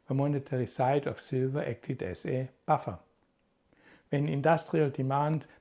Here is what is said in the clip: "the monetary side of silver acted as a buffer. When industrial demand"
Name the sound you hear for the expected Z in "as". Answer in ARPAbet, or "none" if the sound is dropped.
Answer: S